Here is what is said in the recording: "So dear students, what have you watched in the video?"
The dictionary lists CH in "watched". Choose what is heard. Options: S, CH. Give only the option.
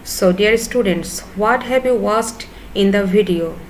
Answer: S